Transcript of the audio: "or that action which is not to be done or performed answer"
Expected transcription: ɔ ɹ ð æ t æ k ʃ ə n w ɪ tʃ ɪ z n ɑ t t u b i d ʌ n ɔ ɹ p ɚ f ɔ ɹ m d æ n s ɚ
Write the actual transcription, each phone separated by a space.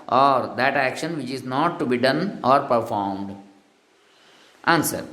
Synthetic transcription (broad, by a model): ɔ ɹ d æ t æ k ʃ ə n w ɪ tʃ ɪ z n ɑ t t u b i d ʌ n ɔ ɹ p ɚ f ɔ ɹ m d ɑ n s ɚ